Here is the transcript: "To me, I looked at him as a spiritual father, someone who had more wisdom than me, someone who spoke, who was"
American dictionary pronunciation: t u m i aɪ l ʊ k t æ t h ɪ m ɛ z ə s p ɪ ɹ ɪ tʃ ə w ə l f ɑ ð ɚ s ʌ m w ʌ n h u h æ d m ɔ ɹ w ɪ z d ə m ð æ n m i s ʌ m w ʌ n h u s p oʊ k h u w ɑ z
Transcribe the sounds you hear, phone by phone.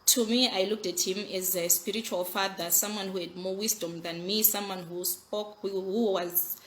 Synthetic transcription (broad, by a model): t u m i aɪ l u k t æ t h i m ɛ z ə s p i ɹ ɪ tʃ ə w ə l f ɑ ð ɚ s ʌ m w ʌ n h u h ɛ d m ɔ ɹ w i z d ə m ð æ n m i s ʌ m w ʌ n h u s p oʊ k h u w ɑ z